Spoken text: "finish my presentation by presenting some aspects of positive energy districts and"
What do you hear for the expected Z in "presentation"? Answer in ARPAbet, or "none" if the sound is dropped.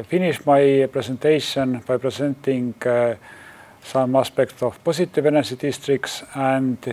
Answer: S